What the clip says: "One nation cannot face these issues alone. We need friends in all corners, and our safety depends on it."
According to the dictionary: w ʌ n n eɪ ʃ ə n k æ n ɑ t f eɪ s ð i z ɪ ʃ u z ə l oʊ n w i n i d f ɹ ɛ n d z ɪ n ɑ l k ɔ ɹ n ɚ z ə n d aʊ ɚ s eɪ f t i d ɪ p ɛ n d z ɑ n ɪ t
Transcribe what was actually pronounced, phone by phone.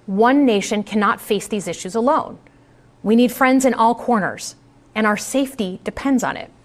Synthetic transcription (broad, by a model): w ʌ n n eɪ ʃ ə n k æ n ɑ t f eɪ s ð i z ɪ ʃ u z ə l oʊ n w i n i d f ɹ ɛ n d z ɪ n ɑ l k ɔ ɹ n ɚ z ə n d aʊ ɚ s eɪ f t i d ɪ p ɛ n d z n ɪ t